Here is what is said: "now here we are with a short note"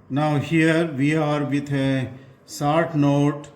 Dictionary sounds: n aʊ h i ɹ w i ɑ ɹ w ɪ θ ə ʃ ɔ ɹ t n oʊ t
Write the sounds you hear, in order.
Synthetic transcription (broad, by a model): n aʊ h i ɹ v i ɑ ɹ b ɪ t ə s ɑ ɹ t n oʊ t